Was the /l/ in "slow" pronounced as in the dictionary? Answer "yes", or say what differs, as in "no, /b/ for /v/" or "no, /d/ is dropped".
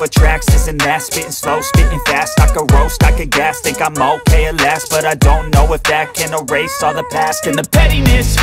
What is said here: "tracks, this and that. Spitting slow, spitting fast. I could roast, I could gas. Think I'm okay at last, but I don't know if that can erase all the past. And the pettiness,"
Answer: yes